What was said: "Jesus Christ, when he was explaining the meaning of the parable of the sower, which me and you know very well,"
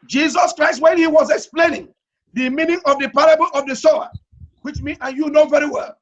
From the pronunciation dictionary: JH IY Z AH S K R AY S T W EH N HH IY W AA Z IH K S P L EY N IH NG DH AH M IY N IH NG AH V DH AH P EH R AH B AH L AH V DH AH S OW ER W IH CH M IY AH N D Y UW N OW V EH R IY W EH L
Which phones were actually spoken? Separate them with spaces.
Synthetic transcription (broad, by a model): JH IY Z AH S K R AY S T W EH N HH IY W AA Z IH K S P L EY N IH NG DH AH M IY N IH NG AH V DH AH P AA R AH B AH L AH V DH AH S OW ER W IH CH M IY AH N Y UW N OW V EH R IY W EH L